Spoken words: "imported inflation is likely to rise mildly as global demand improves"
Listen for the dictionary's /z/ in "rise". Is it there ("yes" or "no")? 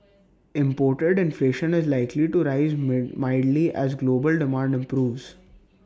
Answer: yes